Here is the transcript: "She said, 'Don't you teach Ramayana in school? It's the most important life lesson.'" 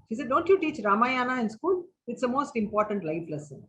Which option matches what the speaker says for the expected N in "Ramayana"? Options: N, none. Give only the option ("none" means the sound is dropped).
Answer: N